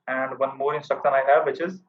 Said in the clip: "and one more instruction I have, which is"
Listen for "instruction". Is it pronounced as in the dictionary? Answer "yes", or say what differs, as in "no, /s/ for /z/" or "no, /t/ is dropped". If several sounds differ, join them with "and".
no, /ɹ/ is dropped